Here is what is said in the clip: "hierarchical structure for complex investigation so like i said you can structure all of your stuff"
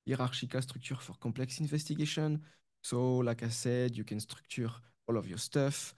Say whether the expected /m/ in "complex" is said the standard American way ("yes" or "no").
no